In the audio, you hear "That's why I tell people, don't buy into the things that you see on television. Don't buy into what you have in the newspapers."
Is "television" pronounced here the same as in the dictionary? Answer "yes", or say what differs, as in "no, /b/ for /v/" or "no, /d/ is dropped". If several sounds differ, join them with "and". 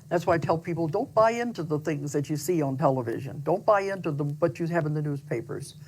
yes